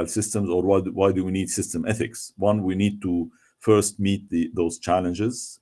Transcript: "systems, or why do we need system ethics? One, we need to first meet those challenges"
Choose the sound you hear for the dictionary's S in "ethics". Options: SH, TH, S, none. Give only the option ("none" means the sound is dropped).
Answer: S